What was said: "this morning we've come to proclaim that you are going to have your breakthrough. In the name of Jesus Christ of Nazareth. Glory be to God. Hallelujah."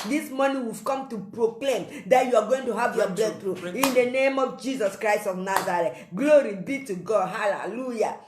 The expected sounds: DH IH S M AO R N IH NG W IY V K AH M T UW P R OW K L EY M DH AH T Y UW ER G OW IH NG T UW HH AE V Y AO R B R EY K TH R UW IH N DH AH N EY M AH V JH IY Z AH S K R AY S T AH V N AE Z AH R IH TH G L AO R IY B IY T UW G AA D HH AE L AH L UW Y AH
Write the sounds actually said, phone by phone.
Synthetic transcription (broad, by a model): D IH S M AO N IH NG W IY V K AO M T UW P R OW K L EY M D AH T Y UW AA G OW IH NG T UW HH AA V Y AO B L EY TH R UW IH N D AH N EY M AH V JH IY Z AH S K R AY S T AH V N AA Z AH R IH T G L AO R IY B IY T UW G AA D HH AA L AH L UW Y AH